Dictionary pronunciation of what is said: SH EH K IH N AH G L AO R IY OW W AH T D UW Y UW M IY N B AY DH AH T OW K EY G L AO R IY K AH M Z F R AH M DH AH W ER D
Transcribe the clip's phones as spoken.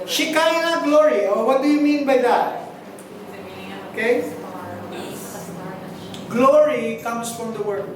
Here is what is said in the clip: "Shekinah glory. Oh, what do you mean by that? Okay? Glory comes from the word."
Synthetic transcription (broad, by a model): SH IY K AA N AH G L AO R IY OW W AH T D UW Y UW M IY N B AY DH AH T OW K EY G L AO R IY K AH M S F R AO M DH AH W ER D